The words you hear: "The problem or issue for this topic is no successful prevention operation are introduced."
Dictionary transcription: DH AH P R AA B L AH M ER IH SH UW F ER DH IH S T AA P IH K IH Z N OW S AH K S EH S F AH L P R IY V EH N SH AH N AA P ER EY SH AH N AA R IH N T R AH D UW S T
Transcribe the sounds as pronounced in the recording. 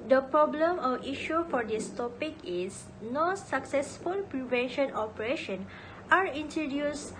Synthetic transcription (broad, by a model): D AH P R AA B L AH M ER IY SH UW F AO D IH S T AA P IH K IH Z N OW S AH K S EH S F AH L P R IY V EH N SH AH N AA P ER EY SH AH N AA R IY N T R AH D UW S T